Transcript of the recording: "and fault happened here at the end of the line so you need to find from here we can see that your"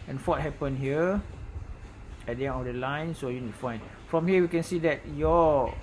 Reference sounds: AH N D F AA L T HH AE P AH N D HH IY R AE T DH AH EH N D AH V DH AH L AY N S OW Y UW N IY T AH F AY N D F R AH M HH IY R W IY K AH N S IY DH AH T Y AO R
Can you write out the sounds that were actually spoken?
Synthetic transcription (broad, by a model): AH N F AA T HH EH P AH N HH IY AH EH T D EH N AH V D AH L AY N S OW Y UW N IY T F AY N F R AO M HH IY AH W IY K AH N S IY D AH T Y AO